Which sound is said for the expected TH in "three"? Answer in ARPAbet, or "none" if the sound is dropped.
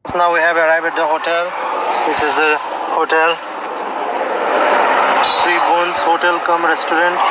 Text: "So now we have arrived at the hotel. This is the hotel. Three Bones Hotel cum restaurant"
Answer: T